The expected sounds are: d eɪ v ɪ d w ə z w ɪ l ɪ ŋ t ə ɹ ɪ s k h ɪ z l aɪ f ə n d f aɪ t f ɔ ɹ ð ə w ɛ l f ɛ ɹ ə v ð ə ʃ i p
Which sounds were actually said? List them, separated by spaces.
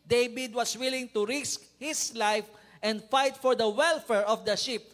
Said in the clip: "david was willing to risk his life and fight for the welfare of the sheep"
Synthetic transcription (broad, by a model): d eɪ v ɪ d w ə s w ɪ l ɪ ŋ t ə ɹ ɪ s k h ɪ s l aɪ f ə n d f aɪ t f ɔ ɹ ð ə w ɛ l f ɛ ɹ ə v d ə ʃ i p